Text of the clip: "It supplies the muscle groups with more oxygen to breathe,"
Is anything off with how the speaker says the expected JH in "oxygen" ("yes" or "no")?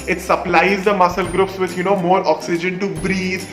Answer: no